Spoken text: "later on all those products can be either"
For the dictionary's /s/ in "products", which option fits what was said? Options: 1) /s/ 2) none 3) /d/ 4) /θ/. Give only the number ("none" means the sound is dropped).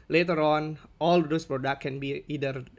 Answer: 2